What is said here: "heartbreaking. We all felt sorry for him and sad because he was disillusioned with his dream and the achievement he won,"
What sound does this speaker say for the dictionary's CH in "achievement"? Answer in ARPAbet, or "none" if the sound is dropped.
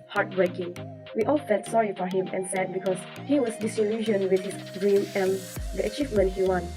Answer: CH